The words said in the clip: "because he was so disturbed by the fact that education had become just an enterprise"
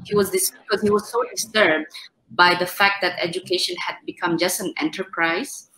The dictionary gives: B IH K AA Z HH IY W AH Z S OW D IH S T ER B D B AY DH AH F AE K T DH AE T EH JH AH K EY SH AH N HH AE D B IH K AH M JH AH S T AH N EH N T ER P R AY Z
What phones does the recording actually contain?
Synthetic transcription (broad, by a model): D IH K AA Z HH IY W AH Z S OW D IH S T ER B D B AY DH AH F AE K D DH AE T EH JH AH K EY SH AH N HH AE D B IH K AH M JH AH S T AH N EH N T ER P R AY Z